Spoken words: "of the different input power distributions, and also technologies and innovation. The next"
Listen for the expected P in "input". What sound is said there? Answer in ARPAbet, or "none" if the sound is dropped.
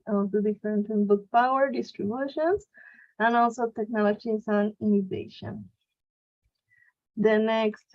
B